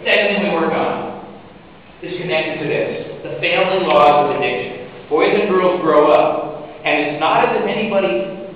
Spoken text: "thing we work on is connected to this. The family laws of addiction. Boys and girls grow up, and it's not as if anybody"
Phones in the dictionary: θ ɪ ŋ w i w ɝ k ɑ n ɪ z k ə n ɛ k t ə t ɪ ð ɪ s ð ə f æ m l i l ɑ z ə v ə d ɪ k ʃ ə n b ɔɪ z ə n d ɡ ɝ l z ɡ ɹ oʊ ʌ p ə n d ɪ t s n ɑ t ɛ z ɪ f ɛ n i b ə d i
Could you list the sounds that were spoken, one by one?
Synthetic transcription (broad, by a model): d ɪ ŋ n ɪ w ɝ k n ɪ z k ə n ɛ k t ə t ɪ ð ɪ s ð ə f æ m l i l ɑ z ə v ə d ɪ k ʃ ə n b ɔɪ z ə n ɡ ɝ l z ɡ ɹ oʊ ʌ p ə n ɪ t s n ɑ t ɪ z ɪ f ɛ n i b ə d i